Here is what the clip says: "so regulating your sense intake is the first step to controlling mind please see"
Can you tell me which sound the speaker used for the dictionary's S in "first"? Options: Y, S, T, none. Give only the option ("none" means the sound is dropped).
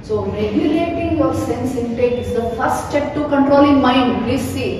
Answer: none